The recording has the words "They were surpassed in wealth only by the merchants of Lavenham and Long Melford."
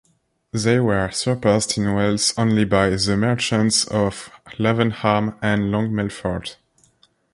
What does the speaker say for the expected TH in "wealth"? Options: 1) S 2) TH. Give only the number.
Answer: 1